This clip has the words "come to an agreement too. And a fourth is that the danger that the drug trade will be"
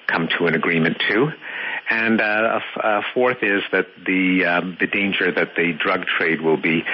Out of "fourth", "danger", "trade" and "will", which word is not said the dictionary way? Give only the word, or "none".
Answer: none